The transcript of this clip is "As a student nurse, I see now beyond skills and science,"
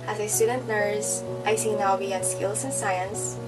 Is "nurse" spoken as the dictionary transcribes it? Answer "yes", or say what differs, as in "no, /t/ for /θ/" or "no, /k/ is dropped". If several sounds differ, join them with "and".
no, /l/ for /n/